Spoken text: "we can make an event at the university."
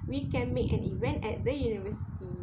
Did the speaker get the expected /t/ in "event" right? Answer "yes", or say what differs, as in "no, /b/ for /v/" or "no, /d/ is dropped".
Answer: yes